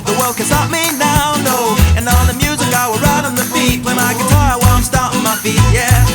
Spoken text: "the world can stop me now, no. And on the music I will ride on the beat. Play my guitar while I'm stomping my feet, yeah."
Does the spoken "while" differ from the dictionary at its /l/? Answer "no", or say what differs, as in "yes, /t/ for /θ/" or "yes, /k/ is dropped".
yes, /w/ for /l/